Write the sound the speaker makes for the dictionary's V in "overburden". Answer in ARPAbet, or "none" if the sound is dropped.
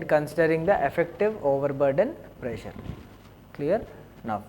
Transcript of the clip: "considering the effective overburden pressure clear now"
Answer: V